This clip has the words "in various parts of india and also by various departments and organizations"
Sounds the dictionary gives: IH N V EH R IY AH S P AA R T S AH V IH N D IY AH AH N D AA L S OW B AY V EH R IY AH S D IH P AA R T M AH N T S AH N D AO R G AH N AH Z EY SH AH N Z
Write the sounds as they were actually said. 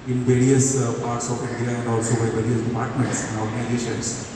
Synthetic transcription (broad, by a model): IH N V EH R IY AH S P AA R T S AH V IH N D IY AH AH N D AA L S OW B AY V EH R IY AH S D IH P AA R T M AH N T S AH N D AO R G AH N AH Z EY SH AH N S